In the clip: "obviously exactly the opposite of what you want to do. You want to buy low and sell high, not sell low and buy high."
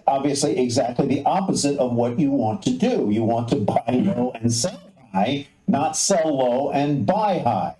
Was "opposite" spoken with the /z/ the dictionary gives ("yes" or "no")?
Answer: yes